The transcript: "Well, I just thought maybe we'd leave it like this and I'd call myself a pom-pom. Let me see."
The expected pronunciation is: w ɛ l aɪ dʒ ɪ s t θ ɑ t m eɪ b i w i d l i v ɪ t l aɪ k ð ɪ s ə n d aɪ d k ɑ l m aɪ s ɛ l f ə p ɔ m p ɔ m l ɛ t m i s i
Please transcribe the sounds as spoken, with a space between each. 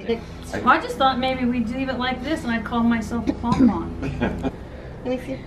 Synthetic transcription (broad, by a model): aɪ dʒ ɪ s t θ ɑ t m eɪ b i w i d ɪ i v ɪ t l aɪ k ð ɪ s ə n aɪ d k ɑ l m aɪ s ɛ l f ə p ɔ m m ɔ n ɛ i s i